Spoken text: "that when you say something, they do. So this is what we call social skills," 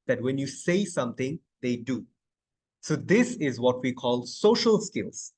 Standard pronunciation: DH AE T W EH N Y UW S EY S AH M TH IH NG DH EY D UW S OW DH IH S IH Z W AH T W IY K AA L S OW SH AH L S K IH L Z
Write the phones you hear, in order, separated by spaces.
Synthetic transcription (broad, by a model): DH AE T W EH N Y UW S EY S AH M T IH NG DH EY D UW S OW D IH S IH Z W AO T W IY K AA L S OW SH AH L S K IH L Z